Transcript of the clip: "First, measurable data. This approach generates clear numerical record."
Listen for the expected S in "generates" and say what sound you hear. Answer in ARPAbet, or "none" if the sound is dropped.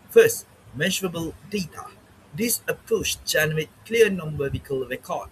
none